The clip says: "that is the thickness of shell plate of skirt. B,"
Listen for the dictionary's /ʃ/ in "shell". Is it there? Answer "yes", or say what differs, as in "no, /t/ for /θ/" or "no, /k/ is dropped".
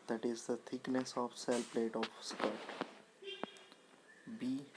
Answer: no, /s/ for /ʃ/